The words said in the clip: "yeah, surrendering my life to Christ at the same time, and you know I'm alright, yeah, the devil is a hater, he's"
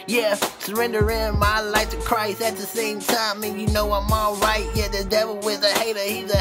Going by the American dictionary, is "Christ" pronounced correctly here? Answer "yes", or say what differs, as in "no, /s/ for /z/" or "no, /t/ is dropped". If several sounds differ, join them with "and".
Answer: yes